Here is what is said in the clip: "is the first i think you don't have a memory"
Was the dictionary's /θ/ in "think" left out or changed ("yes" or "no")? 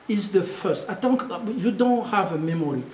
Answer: yes